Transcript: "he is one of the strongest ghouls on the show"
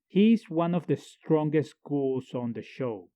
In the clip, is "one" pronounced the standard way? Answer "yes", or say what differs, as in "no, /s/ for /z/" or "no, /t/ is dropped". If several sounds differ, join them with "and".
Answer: yes